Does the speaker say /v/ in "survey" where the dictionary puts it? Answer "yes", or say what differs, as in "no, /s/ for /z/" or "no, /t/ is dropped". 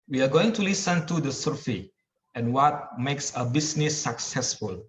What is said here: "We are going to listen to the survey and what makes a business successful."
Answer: no, /f/ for /v/